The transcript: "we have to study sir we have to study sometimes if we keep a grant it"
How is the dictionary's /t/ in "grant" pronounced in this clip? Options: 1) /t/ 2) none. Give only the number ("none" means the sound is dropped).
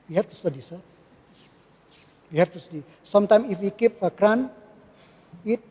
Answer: 2